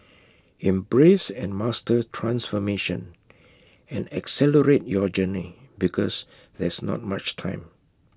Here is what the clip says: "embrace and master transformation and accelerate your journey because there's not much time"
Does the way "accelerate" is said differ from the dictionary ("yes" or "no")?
no